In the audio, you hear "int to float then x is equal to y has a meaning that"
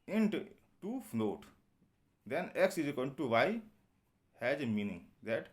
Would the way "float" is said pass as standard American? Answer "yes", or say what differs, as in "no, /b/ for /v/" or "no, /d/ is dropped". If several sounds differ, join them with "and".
no, /n/ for /l/